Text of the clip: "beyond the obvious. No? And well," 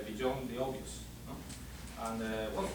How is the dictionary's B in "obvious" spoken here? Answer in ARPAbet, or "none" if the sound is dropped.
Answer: none